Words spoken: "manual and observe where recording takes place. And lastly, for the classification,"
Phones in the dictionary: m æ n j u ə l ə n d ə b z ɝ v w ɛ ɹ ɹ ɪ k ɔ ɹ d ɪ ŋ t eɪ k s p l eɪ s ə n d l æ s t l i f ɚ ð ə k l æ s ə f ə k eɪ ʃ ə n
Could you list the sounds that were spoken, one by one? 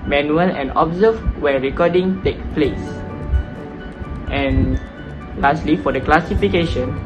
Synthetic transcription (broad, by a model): m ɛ n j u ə l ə n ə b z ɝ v w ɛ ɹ ɹ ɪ k ɔ d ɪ ŋ t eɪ k p l eɪ s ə n l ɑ s t l i f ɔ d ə k l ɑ s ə f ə k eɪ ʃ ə n